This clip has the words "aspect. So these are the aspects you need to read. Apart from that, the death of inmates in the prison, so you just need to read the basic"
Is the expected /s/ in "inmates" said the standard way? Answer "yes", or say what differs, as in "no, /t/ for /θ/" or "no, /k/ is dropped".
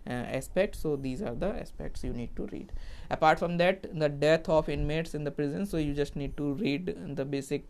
yes